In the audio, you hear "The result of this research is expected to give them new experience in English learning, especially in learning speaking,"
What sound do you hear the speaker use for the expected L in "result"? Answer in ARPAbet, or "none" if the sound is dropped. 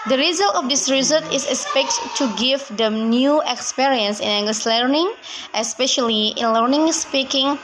L